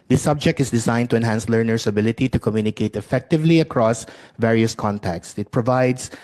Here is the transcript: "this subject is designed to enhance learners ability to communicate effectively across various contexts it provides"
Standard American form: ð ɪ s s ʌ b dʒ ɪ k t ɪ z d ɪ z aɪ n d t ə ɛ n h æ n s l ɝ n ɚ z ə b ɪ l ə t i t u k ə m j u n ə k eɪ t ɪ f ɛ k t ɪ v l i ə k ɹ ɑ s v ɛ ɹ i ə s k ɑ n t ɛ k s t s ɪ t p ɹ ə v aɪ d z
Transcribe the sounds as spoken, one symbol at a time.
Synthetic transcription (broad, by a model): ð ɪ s s ʌ b dʒ ɪ k t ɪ s d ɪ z aɪ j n t ə ɛ n h æ n s l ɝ n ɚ s ə b ɪ l ə t i t u k ə m j u n ə k eɪ t ɪ f ɛ k t ɪ v l i ə k ɹ ɑ s v ɛ ɹ i ə s k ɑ n t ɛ k t s ɪ t p ɹ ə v aɪ d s